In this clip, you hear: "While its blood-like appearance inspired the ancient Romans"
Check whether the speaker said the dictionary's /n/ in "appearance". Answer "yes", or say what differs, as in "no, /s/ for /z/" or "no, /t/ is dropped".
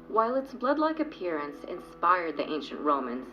yes